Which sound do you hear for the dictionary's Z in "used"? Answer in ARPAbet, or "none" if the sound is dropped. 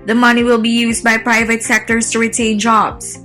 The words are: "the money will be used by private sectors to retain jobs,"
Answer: Z